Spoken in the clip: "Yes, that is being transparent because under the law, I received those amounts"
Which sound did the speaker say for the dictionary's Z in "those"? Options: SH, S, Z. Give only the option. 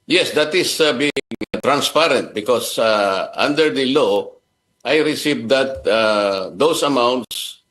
S